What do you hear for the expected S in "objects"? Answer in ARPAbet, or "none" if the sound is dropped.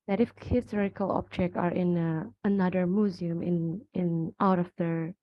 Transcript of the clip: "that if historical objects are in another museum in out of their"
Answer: none